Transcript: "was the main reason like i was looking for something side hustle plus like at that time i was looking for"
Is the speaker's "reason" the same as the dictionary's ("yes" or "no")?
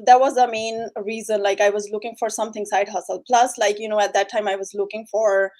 yes